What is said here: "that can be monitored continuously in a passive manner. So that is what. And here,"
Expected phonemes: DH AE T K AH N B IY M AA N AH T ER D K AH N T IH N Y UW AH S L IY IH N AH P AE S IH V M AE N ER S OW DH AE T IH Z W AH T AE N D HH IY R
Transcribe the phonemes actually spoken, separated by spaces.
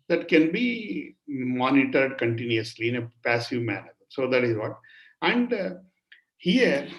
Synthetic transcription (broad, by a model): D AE T K AH N B IY M AA N AH T ER D K AH N T IH N Y UW AH S L IY IH N AH P AE S IH V M AE N ER S OW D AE T IH Z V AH T AE N D HH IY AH